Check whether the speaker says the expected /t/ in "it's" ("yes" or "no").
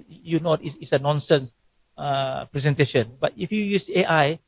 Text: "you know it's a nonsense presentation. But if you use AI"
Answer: no